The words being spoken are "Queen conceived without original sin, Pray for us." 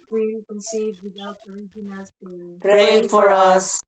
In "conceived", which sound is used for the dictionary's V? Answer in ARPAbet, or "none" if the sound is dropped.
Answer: none